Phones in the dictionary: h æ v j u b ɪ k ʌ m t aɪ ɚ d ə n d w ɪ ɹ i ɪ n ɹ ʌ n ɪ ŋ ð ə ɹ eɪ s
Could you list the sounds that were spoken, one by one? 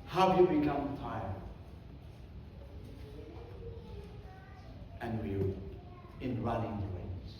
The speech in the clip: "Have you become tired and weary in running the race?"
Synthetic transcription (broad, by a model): h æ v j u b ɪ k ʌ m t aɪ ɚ ə n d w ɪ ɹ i ɪ n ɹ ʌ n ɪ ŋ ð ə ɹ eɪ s